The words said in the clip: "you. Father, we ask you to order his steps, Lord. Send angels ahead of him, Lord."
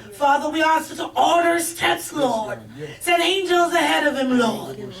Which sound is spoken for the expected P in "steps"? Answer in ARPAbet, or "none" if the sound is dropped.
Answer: none